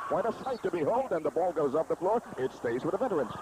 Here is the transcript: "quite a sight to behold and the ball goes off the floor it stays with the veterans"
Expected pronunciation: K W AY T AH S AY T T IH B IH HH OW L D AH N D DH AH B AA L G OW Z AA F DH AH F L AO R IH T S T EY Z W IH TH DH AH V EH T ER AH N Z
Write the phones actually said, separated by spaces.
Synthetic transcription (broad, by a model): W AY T AH S AY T T IH B IH HH OW L D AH N DH AH B AA L G OW Z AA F DH AH F L AO R IH T S T EY Z W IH DH AH V EH T ER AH N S